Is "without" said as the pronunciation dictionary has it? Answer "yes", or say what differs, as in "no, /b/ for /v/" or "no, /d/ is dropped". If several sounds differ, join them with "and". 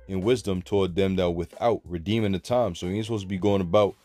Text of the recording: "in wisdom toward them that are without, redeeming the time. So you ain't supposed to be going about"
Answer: yes